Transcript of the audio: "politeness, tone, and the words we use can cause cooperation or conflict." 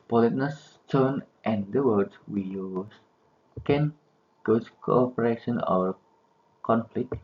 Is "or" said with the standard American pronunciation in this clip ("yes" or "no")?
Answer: no